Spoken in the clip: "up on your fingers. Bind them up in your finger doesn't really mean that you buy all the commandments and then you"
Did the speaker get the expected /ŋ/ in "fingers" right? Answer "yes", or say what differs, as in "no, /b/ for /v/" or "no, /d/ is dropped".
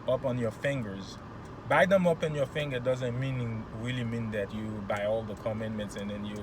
yes